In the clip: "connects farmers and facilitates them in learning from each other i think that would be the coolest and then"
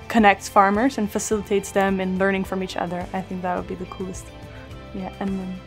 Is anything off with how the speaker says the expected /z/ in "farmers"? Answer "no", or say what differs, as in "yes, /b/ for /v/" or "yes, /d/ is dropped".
no